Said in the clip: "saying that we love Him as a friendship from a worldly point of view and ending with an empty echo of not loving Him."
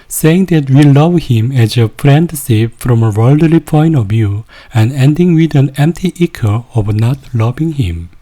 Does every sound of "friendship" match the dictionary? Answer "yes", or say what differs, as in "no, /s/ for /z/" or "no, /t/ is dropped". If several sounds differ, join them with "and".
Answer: no, /s/ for /ʃ/